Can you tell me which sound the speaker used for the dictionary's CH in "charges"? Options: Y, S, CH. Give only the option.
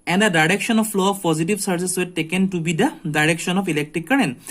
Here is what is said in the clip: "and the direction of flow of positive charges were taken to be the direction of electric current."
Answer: S